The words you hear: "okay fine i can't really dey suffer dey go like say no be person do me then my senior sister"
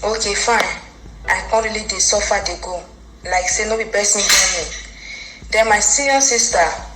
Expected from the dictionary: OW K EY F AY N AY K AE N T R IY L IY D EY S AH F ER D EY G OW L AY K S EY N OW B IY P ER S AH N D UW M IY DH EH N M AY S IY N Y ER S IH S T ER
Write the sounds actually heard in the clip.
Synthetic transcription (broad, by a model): OW K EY F AY N AY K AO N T R IY L IY D EY S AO F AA D EY G OW L AY K S EY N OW B IY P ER S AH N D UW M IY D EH M AY S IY Y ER S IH S T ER